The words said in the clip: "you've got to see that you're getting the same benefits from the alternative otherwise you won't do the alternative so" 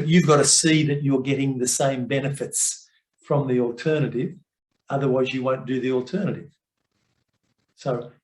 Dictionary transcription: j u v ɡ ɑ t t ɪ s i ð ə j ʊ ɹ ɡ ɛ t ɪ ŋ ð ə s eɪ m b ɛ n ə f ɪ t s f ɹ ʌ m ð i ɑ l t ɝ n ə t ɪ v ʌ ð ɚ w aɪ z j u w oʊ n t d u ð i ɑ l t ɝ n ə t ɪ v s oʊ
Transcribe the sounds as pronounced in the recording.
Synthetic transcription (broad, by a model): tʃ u v ɡ ɑ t t ɪ s i ð ə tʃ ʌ ɹ ɡ ɛ t ɪ ŋ ð ə s eɪ m b ɛ n ə f ɪ t s f ɹ ʌ m ð i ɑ l t ɝ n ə t ɪ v ʌ ð ɚ w aɪ z j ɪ w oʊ n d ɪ ð i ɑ l t ɝ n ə t ɪ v s oʊ